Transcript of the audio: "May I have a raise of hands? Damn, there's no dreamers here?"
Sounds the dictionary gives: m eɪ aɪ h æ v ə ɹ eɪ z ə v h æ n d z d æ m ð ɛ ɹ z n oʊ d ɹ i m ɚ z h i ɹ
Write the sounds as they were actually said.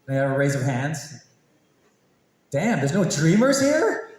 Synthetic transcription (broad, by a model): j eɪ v ə ɹ eɪ z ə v h æ n d z d æ m ð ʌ ɹ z n oʊ d ɹ i m ɚ z h i ɹ